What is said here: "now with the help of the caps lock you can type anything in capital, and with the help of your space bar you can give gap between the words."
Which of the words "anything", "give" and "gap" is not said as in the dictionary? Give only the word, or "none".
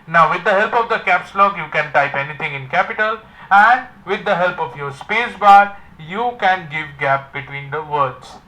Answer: anything